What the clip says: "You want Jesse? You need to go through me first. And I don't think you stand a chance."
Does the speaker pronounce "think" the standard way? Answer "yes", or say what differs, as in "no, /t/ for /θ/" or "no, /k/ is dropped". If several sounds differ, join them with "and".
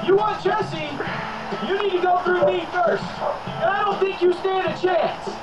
yes